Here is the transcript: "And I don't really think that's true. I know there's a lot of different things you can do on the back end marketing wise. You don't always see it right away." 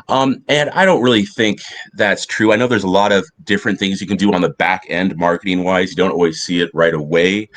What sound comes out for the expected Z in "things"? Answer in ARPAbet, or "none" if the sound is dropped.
Z